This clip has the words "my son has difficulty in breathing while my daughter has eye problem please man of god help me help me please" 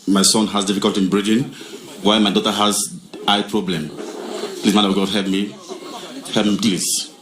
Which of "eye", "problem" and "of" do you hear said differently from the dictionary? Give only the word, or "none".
of